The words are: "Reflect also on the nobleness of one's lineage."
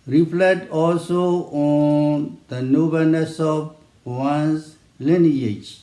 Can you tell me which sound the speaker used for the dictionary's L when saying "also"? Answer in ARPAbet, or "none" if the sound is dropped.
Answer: L